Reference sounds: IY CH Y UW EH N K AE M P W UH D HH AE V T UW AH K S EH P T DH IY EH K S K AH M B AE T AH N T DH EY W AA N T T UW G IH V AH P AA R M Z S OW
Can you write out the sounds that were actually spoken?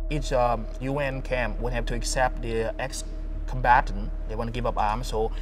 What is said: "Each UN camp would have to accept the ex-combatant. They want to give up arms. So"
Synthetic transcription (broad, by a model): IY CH Y UW EH N K AE M P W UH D HH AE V T UW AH K S EH P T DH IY EH K S K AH M B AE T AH N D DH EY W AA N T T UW G IH V AH P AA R M S OW